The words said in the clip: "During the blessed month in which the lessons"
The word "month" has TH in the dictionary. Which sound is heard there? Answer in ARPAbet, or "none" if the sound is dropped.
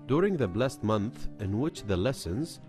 TH